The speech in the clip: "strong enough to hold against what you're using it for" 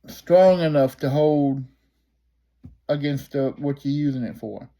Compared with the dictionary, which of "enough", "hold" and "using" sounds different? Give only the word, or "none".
none